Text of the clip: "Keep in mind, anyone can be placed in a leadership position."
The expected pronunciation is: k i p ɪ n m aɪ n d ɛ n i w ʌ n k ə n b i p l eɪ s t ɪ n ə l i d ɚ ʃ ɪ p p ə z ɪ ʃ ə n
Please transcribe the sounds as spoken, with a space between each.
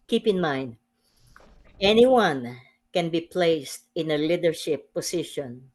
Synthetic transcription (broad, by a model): k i p ɪ n m aɪ n d ɛ n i w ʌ n k ə n b i p l eɪ s t ɪ n ə l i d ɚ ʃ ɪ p p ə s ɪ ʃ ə n